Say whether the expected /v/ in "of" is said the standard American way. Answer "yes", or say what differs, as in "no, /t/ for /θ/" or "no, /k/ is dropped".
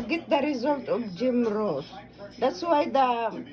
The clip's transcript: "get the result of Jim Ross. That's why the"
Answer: no, /b/ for /v/